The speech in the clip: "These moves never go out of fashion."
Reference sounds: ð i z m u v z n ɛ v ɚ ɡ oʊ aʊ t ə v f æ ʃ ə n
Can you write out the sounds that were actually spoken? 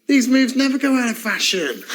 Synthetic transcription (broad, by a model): ð i z m u v z n ɛ v ɚ ɡ oʊ aʊ t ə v f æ ʃ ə n